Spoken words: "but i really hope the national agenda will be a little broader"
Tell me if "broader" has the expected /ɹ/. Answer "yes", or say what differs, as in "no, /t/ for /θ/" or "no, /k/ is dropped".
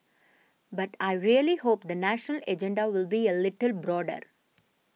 yes